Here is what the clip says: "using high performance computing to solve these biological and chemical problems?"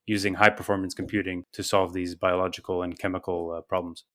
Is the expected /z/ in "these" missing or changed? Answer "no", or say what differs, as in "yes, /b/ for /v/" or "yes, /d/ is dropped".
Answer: no